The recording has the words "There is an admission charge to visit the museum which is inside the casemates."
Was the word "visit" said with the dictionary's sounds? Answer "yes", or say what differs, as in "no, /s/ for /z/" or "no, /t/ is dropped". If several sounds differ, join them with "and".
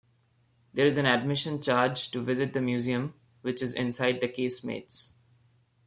yes